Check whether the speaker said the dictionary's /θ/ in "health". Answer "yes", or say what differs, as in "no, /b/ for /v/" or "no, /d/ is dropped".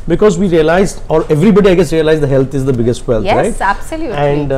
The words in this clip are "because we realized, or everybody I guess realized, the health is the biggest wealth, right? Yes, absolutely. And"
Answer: no, /t/ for /θ/